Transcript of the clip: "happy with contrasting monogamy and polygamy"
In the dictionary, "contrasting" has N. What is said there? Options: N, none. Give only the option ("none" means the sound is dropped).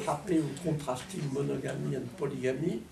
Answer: none